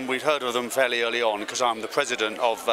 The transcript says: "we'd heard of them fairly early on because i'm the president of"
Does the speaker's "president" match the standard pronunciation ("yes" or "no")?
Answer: yes